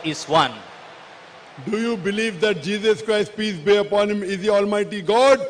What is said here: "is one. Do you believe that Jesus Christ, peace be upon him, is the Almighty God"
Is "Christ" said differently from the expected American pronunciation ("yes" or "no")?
no